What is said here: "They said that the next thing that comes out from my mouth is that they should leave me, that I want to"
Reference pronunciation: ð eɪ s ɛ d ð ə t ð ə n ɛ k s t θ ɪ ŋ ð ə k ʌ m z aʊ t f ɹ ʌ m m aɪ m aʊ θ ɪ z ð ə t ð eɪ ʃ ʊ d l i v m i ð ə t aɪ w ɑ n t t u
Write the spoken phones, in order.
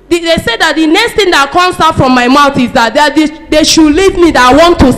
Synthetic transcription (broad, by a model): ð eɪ s ɛ d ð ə t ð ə n ɛ k s t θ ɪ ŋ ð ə k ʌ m s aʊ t f ɹ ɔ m m aɪ m aʊ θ ɪ z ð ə t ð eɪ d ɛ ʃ l i v m i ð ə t aɪ w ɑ n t t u